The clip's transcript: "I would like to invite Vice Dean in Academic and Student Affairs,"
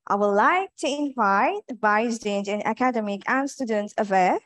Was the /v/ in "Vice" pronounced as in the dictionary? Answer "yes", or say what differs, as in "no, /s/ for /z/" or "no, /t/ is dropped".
no, /b/ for /v/